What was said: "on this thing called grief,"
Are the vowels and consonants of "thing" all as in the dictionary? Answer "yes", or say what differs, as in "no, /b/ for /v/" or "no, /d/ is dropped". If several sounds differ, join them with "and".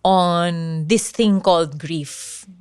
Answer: no, /t/ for /θ/